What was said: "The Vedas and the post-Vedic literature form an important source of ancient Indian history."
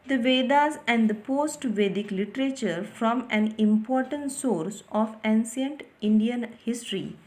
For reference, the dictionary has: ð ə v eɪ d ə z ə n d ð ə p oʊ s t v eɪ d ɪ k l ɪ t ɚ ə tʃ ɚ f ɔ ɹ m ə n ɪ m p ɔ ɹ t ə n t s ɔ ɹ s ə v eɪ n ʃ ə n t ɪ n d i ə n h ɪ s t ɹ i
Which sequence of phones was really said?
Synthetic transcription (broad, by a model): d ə v eɪ d ə z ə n d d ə p oʊ s t v eɪ d ɪ k l ɪ t ɚ ə tʃ ɚ f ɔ m ə n ɪ m p ɔ ɹ t ə n t s ɔ ɹ s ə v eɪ n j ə n t ɪ n d i ə n h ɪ s t ɹ i